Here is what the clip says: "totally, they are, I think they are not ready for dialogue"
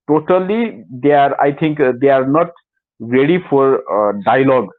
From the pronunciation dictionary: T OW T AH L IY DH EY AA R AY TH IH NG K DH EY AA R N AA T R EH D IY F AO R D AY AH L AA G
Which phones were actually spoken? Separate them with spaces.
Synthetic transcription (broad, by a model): T OW T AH L IY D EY AA R AY T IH NG K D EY AA R N AA T R EH D IY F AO R D AY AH L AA G